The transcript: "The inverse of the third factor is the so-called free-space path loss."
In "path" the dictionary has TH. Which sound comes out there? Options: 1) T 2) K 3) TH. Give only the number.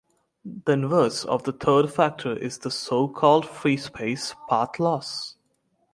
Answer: 1